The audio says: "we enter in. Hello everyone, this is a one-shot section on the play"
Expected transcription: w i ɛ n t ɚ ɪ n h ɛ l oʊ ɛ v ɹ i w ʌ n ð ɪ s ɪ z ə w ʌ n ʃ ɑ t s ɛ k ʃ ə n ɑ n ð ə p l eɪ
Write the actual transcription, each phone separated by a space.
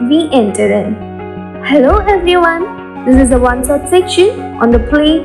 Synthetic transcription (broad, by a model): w i ɛ n t ɚ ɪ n h ɛ l oʊ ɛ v ɹ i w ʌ n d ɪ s ɪ z ə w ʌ n s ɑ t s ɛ k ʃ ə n ɑ n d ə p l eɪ